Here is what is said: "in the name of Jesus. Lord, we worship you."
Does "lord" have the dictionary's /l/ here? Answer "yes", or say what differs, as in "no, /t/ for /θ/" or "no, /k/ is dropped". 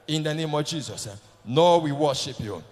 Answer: no, /n/ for /l/